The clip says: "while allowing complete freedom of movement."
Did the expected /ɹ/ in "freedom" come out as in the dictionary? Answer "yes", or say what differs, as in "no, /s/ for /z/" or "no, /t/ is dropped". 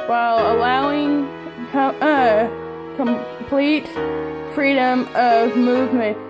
yes